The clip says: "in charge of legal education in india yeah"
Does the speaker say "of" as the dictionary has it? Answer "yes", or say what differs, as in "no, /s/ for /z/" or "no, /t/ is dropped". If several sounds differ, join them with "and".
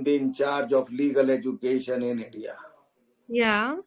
no, /p/ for /v/